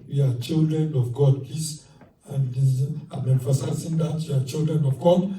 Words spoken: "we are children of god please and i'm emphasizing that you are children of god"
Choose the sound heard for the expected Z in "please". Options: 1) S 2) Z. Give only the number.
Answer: 1